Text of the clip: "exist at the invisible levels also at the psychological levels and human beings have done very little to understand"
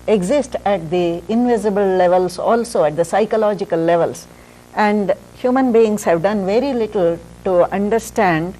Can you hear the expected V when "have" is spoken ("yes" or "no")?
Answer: yes